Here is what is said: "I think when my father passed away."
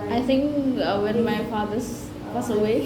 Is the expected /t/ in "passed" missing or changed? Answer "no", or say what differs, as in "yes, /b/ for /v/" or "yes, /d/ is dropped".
yes, /t/ is dropped